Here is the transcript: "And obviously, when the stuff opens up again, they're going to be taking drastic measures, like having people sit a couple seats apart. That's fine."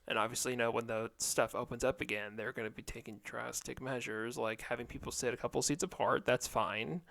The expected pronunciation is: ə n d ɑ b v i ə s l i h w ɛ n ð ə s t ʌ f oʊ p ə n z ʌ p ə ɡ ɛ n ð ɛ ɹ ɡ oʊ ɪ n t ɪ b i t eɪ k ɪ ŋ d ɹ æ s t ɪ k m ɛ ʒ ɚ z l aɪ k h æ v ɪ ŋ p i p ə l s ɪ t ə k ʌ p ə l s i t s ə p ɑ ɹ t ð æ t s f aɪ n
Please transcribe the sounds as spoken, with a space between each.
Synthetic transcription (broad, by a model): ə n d ɑ b v i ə s l i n w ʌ n ð ə s t ʌ f oʊ p ə n z ʌ p ə ɡ ɛ n ð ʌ ɹ ɡ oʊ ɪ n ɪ b i t eɪ k ɪ ŋ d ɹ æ s t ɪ k m ɛ ʒ ɚ z l aɪ k h æ v ɪ ŋ p i p l s ɪ t ə k ʌ p l s i t s ə p ɑ ɹ t ð æ t s f aɪ n